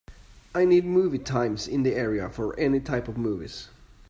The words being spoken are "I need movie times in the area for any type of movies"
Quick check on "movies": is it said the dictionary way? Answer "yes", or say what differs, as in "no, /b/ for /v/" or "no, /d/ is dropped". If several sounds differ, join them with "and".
yes